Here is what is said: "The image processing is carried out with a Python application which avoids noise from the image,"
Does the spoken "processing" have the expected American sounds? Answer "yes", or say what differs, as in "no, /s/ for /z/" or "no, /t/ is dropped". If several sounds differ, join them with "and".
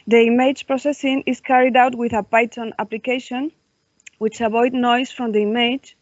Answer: yes